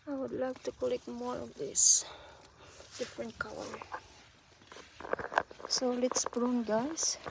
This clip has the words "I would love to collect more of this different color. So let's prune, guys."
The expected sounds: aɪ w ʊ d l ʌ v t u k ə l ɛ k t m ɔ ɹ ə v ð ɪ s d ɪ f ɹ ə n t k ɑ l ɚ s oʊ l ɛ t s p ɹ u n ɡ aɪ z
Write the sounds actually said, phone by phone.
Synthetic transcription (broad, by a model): aɪ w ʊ d l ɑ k t u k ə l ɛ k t m ɔ ɹ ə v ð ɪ s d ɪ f ɹ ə n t k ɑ w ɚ s oʊ l ɛ t s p ɹ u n ɡ aɪ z